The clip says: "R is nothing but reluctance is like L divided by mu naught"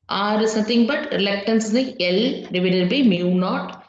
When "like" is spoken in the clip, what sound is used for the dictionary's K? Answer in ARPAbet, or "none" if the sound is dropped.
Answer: none